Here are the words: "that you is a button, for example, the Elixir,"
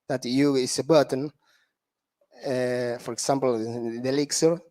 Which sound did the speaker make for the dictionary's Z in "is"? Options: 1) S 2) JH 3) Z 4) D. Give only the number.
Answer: 1